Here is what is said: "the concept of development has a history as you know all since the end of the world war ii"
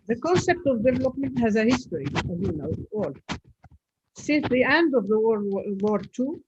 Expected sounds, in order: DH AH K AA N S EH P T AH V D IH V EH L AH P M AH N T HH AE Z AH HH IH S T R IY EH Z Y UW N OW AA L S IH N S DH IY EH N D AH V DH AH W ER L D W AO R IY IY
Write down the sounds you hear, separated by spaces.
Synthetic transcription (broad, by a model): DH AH K AA N S EH P T AH V D IH V EH L AH P M AH N T HH AE Z AH HH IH S T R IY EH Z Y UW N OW AA L S IH N S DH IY EH N D AH V DH AH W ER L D W AO R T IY